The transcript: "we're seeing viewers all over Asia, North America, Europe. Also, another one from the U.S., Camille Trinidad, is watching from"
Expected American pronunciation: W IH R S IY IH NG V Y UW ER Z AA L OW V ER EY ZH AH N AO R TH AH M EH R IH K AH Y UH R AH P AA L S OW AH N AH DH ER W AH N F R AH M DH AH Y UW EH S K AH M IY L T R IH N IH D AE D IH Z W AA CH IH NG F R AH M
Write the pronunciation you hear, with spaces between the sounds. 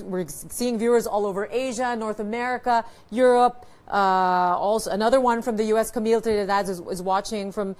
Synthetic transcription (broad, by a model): W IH R S IY IH NG V Y UW ER Z AA L OW V ER EY ZH AH N AO R TH AH M EH R IH K AH Y UH R AH P AA L S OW AH N AH DH ER W AH N F R AH M DH AH Y UW EH S K AH M IY L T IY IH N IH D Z IH Z W AA CH IH NG F R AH M